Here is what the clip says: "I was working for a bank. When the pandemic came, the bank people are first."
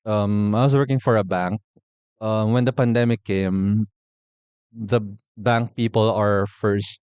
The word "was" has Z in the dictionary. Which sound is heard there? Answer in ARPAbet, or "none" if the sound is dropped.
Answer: S